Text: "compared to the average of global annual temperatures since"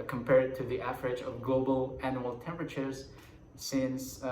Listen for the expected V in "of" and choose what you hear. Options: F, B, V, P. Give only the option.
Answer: V